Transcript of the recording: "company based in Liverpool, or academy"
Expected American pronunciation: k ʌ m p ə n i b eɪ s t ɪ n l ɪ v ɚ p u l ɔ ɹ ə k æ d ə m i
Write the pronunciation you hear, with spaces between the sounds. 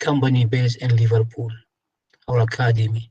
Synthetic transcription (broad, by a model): k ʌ m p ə n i b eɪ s ɪ n l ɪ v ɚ p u l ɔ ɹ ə k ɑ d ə m i